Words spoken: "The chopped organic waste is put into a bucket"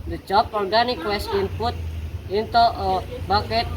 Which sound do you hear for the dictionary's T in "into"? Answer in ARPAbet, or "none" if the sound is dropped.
T